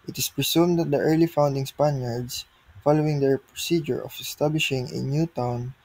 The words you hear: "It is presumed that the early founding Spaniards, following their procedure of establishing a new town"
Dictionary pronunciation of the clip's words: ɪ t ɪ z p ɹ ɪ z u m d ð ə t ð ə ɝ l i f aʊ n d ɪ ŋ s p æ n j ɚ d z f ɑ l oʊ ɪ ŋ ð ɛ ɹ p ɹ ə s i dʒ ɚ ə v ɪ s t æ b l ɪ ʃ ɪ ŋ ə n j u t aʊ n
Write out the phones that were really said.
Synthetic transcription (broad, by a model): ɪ t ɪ s p ɹ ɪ s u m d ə t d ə ɝ l i f aʊ n d ɪ ŋ s p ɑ n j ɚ d s f ɑ l oʊ ɪ ŋ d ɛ ɹ p ɹ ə s i dʒ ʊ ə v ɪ s t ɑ b l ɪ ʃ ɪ ŋ ə n j u t aʊ n